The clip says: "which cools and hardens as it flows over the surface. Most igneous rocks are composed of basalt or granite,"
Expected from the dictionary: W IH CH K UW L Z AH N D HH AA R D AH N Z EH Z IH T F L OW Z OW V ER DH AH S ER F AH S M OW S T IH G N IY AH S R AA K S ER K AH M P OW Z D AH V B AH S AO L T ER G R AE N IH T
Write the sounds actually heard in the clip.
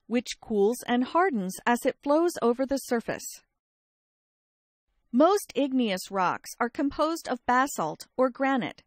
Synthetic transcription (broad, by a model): W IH CH K UW L Z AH N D HH AA R D N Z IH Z IH T F L OW Z OW V ER DH AH S ER F AH S M OW S T IH G N IY AH S R AA K S ER K AH M P OW Z D AH V B AH S AO L T ER G R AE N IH T